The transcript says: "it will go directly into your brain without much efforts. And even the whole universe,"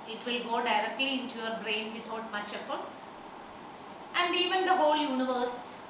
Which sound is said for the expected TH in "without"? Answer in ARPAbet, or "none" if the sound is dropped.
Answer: T